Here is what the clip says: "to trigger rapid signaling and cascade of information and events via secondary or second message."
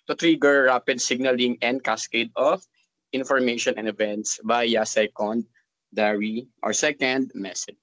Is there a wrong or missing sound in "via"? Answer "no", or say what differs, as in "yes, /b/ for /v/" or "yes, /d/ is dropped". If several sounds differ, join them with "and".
yes, /b/ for /v/